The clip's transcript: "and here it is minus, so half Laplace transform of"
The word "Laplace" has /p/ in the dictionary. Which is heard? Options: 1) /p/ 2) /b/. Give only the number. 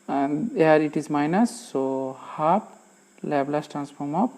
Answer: 2